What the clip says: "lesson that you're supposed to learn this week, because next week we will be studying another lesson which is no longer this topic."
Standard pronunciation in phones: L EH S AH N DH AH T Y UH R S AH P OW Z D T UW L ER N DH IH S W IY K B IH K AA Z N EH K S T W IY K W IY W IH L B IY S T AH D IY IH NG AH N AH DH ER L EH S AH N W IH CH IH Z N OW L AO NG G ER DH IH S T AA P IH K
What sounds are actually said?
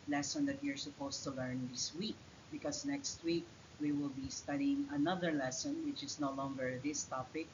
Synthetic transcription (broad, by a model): L EH S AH N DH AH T Y UH R S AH P OW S T UW L ER N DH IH S W IY K B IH K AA S N EH K S T W IY K W IY W IH L B IY S T AH D IY IH NG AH N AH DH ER L EH S AH N W IH CH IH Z N OW L AO NG G ER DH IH S T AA P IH K